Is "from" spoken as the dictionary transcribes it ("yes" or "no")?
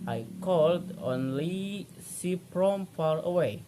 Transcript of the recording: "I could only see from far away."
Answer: no